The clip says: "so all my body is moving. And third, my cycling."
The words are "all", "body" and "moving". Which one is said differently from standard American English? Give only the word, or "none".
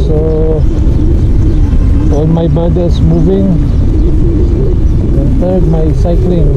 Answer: all